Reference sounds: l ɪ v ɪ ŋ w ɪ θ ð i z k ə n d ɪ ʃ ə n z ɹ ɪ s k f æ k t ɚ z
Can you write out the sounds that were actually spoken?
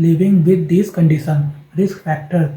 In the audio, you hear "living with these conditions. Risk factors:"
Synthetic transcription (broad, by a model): l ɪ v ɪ ŋ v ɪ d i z k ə n d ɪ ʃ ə n ɹ ɪ s k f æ k t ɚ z